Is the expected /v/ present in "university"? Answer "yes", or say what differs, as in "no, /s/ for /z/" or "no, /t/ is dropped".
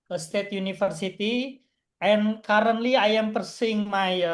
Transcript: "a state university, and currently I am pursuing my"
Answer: no, /f/ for /v/